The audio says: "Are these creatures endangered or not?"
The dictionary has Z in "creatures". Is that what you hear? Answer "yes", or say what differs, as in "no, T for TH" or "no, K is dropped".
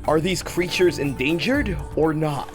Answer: yes